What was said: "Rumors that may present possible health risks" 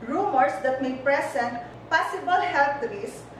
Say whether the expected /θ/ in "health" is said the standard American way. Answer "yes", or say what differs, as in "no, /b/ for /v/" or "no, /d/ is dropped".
no, /t/ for /θ/